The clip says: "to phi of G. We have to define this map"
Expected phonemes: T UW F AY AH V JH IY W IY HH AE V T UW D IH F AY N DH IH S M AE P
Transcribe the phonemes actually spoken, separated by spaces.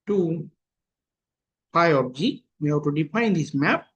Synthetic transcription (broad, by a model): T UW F AY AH P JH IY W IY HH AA T UW D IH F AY N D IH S M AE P